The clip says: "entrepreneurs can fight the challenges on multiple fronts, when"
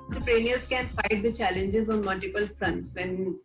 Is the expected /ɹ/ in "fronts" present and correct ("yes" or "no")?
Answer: yes